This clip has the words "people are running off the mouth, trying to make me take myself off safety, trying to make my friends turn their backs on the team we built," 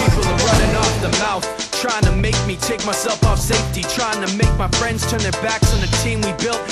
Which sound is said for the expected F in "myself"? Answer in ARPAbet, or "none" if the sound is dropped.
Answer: F